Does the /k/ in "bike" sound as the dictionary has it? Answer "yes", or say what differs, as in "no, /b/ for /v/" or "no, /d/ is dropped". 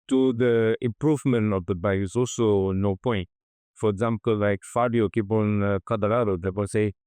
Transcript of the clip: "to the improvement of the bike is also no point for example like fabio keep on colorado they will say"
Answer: no, /k/ is dropped